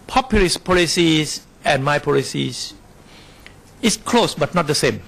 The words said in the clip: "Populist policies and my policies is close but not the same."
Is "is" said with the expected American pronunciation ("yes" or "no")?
no